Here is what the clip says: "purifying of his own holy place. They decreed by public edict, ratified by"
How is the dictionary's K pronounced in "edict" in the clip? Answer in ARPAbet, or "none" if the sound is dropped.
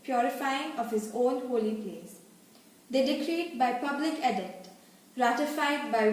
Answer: none